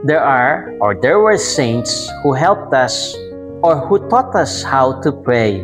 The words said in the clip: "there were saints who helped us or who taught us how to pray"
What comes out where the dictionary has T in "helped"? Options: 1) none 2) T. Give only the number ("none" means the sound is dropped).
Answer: 2